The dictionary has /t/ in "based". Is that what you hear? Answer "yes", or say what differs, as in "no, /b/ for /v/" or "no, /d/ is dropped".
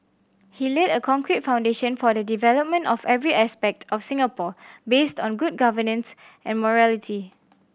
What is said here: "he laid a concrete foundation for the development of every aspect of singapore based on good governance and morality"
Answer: yes